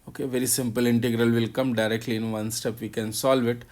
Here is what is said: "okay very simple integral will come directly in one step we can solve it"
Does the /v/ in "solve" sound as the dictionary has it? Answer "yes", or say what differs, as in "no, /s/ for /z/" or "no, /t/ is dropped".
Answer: yes